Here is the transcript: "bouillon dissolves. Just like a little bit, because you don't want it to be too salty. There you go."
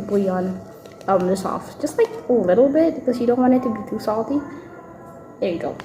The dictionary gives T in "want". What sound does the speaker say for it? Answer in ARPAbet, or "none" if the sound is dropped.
none